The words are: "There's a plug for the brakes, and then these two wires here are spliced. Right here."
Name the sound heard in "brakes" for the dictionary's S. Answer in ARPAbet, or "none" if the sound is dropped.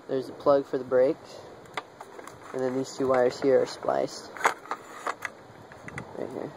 none